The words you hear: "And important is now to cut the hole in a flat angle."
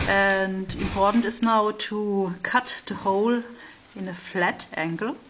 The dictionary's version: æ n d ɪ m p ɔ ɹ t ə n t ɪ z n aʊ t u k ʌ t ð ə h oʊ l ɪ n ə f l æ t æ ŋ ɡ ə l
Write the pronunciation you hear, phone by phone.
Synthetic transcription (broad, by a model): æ n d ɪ m p ɔ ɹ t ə n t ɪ s n aʊ t u k ʌ t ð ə h oʊ l ɪ n ə f l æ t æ ŋ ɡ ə l